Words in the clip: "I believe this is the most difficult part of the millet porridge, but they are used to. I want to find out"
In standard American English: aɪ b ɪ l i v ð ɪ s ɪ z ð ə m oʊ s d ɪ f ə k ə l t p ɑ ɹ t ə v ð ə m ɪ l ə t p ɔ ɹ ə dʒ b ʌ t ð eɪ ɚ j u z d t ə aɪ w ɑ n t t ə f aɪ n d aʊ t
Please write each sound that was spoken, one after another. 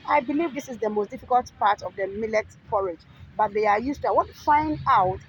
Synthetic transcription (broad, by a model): aɪ b ɪ l i v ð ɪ s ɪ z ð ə m oʊ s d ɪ f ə k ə l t p ɑ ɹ t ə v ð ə m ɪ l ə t f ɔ ɹ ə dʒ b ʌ t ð eɪ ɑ j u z t ə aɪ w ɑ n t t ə f aɪ n d aʊ t